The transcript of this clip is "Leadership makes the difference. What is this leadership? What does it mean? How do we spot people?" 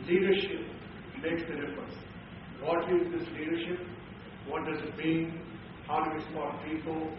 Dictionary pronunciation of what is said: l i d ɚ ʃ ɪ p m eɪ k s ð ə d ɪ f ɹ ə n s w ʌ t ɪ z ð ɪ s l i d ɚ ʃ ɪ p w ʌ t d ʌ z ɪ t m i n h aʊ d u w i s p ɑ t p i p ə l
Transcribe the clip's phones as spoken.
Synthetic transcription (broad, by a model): l i d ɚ ʃ ɪ p m eɪ k s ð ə d ɪ f ɹ ə n s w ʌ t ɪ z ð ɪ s l i d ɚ ʃ ɪ p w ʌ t d ʌ z ɪ t m i n h aʊ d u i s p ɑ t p i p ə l